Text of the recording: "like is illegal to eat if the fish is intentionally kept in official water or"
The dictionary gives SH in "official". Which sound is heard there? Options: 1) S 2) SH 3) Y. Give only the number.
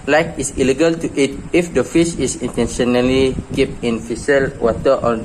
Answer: 1